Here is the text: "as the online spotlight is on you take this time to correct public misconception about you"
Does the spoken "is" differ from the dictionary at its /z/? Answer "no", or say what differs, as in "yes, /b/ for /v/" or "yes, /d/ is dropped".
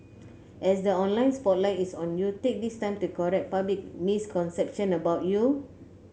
yes, /s/ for /z/